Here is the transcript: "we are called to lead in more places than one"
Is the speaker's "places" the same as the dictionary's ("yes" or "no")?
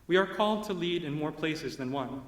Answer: yes